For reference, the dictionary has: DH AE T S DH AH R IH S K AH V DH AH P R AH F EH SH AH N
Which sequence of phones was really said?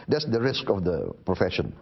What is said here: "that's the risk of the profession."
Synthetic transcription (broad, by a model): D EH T S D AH R IH S K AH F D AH P R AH F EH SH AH N